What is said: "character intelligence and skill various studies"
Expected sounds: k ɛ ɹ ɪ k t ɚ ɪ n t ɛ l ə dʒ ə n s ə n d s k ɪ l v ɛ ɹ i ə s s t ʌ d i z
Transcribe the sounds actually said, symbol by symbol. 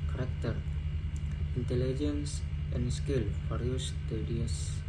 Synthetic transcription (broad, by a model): k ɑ ɹ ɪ k t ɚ ɪ n t ɛ l ə dʒ ə n s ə n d s k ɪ l f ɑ ɹ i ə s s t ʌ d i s